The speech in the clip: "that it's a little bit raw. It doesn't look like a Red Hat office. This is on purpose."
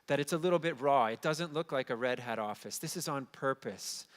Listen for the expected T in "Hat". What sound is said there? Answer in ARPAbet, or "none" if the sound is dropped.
T